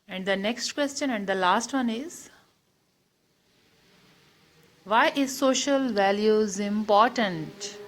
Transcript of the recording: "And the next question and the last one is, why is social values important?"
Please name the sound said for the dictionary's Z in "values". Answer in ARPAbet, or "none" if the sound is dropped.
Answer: Z